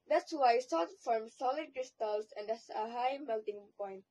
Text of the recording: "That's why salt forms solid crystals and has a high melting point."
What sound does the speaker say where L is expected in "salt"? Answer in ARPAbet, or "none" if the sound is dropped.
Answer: none